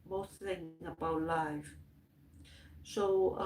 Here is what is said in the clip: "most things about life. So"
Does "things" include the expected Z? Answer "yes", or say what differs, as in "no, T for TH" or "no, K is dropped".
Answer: no, Z is dropped